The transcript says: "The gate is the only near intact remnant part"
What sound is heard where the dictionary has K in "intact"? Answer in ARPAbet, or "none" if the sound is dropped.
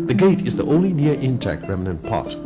K